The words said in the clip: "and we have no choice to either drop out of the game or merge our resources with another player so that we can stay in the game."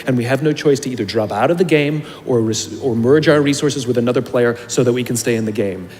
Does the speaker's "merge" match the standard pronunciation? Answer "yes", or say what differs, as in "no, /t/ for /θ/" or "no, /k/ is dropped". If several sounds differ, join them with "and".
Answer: yes